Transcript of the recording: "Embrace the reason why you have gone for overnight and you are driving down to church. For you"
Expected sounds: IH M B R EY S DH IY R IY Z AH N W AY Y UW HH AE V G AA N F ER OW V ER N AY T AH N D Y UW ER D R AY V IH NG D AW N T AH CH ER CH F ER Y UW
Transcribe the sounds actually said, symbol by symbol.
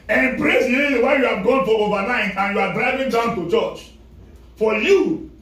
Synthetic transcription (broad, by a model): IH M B R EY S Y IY L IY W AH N Y UW HH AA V G AA N F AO OW V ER N AY T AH N Y UW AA D R AY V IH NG D AW N T AH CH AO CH F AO Y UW